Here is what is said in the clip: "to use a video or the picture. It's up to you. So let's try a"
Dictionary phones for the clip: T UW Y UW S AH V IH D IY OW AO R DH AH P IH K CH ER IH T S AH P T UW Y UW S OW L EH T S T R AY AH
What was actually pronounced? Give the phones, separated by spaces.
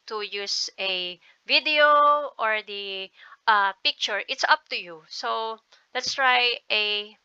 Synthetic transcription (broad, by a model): T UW Y UW S AH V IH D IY OW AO R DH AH P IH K CH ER IH T S AH P T UW Y UW S OW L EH T S T R AY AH